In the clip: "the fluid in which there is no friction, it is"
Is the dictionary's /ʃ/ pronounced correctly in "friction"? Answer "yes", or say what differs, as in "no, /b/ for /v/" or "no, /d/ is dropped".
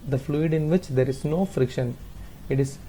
yes